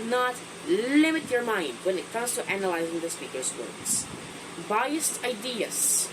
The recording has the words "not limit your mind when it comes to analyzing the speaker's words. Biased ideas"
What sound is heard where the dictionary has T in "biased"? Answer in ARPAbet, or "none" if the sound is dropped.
T